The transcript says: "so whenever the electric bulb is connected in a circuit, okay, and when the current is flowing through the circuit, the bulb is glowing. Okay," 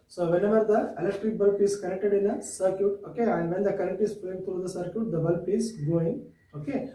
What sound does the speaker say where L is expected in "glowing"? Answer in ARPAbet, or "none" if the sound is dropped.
none